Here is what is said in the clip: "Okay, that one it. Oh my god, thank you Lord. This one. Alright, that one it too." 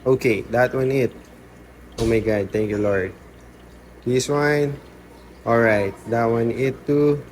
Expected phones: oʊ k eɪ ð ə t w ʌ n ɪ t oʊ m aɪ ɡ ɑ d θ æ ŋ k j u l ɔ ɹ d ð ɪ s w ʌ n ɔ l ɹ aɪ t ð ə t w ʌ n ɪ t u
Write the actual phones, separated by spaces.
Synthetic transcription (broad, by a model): oʊ k eɪ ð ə t w ʌ n ɪ t oʊ m aɪ ɡ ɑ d t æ ŋ k j u l ɔ ɹ d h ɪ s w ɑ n ɔ l ɹ aɪ t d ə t w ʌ n ɪ t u